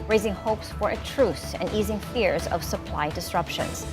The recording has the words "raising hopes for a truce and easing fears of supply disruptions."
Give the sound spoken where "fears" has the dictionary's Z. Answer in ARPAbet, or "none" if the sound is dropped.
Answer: Z